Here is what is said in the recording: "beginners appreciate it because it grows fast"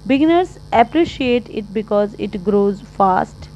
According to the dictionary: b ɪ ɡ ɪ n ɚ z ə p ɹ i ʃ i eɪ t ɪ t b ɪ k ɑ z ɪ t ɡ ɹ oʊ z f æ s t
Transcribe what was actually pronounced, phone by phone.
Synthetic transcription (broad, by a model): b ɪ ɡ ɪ n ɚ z ə p ɹ i ʃ i eɪ t ɪ t b ɪ k ɑ z ɪ t ɡ ɹ oʊ z f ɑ s t